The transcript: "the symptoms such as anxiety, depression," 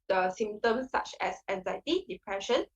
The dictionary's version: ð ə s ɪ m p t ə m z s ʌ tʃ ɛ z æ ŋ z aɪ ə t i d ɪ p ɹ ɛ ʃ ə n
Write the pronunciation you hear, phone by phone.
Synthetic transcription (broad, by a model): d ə s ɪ m t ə m s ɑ tʃ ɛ s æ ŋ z aɪ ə t i d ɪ p ɹ ɛ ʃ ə n